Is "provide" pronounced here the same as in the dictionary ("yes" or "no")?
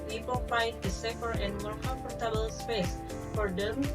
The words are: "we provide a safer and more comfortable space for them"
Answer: no